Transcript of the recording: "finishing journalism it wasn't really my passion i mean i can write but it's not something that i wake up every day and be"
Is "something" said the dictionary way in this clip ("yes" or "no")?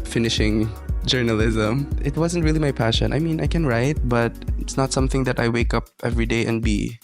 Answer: yes